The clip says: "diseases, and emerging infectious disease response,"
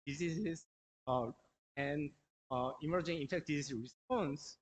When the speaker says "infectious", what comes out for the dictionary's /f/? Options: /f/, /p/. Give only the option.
/p/